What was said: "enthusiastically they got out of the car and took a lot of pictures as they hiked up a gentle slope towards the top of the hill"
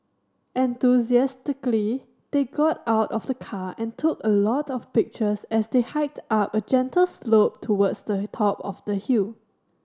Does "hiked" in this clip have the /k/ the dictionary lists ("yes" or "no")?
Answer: yes